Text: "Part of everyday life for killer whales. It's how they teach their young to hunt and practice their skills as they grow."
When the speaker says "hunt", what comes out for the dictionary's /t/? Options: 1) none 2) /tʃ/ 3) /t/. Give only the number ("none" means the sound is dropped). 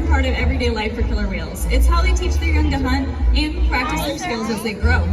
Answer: 1